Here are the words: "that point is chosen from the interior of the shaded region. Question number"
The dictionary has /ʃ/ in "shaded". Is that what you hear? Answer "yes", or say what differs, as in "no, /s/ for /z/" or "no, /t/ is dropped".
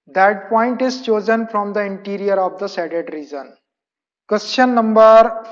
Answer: no, /s/ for /ʃ/